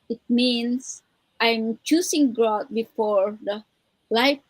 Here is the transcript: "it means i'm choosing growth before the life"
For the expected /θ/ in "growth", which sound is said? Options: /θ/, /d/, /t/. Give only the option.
/t/